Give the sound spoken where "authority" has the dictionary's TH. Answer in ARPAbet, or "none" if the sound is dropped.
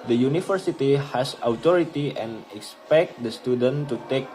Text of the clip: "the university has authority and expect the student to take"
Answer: T